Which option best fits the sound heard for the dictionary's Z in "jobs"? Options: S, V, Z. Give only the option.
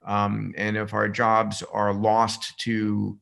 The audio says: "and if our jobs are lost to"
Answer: Z